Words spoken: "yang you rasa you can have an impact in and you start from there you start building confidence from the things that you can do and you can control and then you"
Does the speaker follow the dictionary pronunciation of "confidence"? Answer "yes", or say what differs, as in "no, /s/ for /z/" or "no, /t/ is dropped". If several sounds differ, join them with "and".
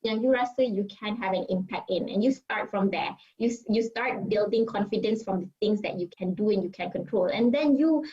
yes